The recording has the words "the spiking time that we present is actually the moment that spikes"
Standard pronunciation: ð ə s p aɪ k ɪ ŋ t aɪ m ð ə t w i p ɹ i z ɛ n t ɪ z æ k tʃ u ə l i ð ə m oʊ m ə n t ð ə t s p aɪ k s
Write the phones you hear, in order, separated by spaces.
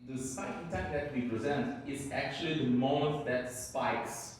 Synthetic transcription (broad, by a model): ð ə s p aɪ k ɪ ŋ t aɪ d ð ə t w i p ɹ i z ɛ n t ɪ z æ k tʃ u ə l i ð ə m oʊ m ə t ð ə t s p aɪ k s